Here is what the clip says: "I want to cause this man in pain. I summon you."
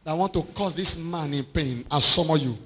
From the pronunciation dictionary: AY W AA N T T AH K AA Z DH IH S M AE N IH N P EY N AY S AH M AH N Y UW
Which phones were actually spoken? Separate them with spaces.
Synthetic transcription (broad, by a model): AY W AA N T T AH K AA S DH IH S M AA N IH N P EY N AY S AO M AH Y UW